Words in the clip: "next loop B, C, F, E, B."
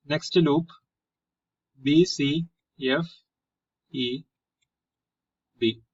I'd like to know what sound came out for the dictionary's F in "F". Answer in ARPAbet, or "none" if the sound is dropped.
F